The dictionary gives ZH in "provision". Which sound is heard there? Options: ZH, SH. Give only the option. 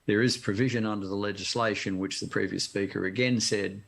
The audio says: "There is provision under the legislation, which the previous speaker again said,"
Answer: ZH